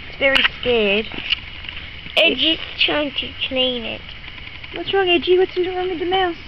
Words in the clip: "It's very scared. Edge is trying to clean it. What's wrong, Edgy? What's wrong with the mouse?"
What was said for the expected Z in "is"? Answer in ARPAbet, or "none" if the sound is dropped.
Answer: S